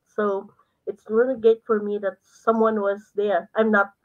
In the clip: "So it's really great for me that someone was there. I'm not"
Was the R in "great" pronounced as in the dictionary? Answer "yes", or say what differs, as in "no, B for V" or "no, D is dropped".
no, R is dropped